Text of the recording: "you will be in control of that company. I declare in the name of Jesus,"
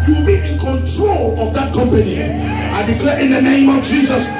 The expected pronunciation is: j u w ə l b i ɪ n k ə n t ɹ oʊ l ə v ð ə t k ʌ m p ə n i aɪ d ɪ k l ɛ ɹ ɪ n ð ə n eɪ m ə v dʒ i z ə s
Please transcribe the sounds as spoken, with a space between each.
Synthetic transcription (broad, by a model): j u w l b i ɪ n k ə n t ɹ oʊ l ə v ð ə t k ʌ m p ə n i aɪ d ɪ k l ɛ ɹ ɪ n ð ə n eɪ m ə v dʒ i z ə s